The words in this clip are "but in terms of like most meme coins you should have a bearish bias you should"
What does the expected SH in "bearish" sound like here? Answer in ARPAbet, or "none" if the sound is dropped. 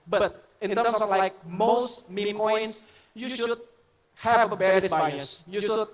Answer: S